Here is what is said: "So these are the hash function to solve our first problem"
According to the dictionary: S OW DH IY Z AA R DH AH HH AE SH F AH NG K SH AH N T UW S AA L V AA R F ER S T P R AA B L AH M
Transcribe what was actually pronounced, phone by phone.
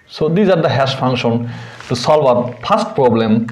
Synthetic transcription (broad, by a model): S OW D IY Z AA R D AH HH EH S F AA NG K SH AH N T UW S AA L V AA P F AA S T P R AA B L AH M